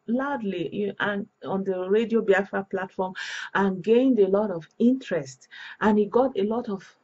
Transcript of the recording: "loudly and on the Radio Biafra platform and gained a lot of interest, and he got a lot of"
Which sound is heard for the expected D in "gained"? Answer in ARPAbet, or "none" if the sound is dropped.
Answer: D